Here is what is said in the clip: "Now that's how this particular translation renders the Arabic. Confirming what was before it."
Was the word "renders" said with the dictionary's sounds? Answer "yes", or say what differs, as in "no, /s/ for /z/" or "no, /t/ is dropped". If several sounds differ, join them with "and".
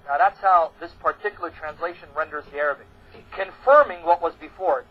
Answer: yes